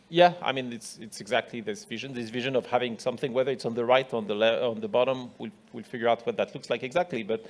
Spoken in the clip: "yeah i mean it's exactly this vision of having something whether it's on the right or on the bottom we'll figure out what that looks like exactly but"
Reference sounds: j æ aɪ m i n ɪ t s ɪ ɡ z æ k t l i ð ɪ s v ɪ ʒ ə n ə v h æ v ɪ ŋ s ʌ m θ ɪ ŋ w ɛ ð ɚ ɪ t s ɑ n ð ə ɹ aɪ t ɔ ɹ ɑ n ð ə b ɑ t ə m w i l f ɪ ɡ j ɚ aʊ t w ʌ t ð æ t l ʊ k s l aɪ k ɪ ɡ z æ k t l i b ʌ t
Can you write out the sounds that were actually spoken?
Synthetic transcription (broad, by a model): j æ aɪ m i n ɪ t s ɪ ɡ z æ k t l i ð ɪ s v ɪ ʒ ə n ə v h æ v ɪ ŋ s ʌ m θ ɪ ŋ w ɛ ð ɚ ɪ t s n ð ə ɹ aɪ t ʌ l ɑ n ð ə b ɑ t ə m w i l f ɪ ɡ j ɚ aʊ t w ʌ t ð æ t l ʊ k s l aɪ k ɪ ɡ z æ k t l i b ʌ t